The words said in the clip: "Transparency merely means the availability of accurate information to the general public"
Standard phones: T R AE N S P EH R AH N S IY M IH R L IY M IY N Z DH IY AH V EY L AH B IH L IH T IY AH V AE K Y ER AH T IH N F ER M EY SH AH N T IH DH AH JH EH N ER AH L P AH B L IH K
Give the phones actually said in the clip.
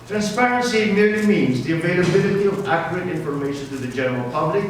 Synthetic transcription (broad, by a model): T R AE N S P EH R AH N S IY M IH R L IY M IY N Z DH IY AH V EY L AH B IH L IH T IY AH V AE K Y ER AH T IH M F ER M EY SH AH N T IH DH AH JH EH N ER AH L P AH B L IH K